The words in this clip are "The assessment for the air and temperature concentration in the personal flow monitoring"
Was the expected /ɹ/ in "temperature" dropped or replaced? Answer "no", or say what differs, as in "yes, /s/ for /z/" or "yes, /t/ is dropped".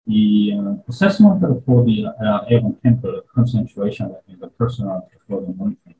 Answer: yes, /ɹ/ is dropped